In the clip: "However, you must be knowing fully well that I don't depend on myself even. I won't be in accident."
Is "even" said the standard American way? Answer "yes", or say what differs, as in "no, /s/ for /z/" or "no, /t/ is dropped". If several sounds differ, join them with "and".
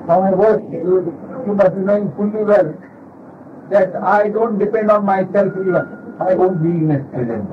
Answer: no, /v/ is dropped and /n/ is dropped